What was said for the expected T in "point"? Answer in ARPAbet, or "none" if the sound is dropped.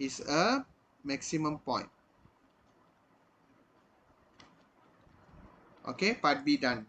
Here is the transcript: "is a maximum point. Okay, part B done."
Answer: T